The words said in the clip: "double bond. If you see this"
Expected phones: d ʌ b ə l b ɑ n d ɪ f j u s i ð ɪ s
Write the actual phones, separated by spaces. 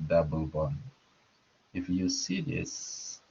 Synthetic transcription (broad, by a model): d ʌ b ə l b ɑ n ɪ f j u s i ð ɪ s